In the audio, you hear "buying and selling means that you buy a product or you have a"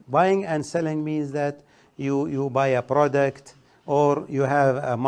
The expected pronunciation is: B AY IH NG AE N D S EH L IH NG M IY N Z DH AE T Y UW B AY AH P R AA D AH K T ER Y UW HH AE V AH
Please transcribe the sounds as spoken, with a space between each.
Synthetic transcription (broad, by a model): B AY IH NG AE N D S EH L IH NG M IY N Z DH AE T Y UW B AY AH P R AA D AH K T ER Y UW HH AE V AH